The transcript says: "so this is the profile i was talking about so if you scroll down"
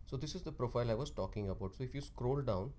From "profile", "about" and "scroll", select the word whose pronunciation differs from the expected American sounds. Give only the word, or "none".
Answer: none